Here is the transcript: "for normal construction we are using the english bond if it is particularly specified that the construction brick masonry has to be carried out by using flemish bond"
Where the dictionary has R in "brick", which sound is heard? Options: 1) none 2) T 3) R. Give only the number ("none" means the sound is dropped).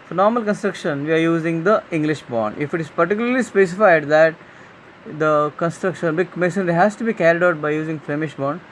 1